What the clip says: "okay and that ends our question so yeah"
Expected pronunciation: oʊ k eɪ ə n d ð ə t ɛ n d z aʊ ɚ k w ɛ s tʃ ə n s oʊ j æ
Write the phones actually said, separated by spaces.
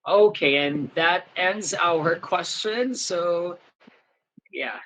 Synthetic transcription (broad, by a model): oʊ k eɪ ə n ð ə t ɛ n d z aʊ ɚ k w ɛ s tʃ ə n s oʊ j æ